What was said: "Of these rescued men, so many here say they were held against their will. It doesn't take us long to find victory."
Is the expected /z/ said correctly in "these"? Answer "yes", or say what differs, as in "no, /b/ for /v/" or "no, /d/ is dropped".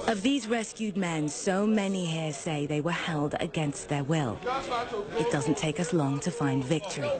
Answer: yes